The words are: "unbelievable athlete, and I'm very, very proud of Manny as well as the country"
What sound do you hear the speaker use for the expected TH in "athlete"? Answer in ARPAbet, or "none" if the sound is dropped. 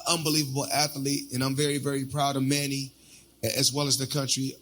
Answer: TH